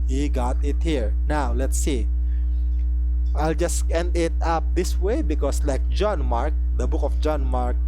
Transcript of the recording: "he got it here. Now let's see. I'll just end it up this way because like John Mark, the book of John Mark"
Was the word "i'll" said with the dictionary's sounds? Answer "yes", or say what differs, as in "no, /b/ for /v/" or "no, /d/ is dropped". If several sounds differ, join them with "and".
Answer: yes